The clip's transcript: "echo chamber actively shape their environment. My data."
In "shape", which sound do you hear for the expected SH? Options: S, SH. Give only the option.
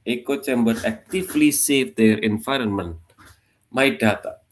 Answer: S